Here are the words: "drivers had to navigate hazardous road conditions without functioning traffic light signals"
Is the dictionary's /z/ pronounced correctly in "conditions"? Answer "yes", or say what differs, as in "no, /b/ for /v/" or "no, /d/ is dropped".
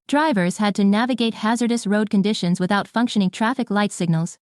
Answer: yes